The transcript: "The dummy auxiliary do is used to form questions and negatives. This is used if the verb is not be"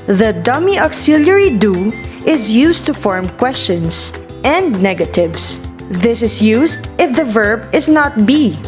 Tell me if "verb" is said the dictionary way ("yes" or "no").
yes